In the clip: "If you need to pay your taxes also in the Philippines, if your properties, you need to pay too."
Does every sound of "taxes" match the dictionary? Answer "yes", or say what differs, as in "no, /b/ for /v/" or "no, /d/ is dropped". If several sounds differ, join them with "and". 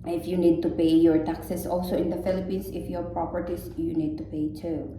no, /s/ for /z/